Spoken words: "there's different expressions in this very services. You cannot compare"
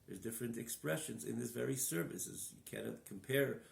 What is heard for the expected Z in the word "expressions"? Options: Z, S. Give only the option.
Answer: Z